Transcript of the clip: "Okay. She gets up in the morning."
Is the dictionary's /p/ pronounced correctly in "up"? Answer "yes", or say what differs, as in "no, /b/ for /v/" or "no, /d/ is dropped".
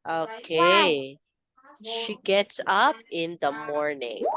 yes